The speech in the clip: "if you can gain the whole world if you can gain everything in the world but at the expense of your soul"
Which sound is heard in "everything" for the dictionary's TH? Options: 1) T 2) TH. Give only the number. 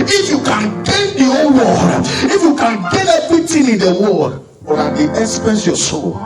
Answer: 1